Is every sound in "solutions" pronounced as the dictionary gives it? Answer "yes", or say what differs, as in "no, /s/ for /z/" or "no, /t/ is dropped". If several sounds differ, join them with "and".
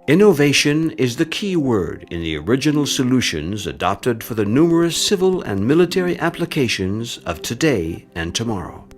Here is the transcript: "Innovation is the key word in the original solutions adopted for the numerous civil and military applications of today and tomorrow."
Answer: yes